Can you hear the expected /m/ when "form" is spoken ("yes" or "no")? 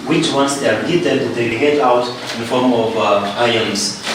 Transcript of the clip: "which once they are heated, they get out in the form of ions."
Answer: yes